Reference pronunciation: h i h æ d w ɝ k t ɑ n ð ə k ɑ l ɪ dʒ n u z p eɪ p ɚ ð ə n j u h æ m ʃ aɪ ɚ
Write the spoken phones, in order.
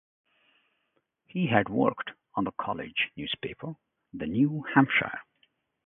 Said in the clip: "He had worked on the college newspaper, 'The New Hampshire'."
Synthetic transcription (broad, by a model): h i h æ d w ɝ k t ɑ n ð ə k ɑ l ɪ dʒ n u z p eɪ p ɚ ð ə n j u h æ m ʃ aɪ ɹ